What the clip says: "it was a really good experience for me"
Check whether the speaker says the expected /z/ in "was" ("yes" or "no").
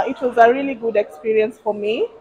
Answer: yes